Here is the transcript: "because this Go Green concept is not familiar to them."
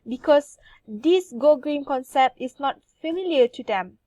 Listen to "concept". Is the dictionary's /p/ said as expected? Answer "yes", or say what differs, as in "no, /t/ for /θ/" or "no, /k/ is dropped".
yes